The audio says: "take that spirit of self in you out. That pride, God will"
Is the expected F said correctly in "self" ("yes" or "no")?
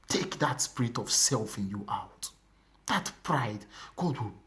yes